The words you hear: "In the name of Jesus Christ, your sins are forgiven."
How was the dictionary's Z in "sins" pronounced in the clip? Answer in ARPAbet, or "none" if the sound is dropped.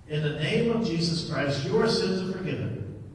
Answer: Z